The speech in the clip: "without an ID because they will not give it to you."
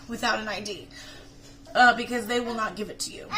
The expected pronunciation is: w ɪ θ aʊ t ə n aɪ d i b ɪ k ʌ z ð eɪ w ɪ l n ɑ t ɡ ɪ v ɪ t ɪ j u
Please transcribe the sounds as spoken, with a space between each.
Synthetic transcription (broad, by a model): w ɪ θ aʊ t ə n aɪ d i b ɪ k ʌ z ð eɪ w ɪ l n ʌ t ɡ ɪ v ɪ t ɪ j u